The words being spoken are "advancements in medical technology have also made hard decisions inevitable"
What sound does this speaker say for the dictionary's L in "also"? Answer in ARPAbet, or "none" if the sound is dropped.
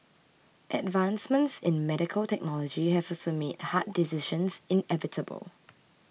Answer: none